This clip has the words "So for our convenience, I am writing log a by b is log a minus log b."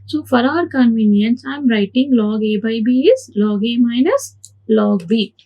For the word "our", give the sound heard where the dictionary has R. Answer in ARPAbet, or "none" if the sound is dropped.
R